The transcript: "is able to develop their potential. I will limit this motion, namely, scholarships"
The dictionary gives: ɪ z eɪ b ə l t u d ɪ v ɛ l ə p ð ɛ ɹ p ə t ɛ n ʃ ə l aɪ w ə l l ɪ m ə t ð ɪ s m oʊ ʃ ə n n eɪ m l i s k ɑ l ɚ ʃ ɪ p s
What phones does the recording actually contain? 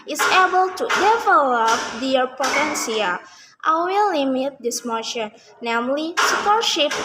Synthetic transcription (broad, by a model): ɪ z eɪ b ə l t u d ɪ v ɛ l ə p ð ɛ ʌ p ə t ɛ n s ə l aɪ w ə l l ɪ m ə t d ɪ s m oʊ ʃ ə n n eɪ m l i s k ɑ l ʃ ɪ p